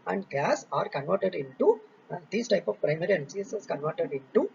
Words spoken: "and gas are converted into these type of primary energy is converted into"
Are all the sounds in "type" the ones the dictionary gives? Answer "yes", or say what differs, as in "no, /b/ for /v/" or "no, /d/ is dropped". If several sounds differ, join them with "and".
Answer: yes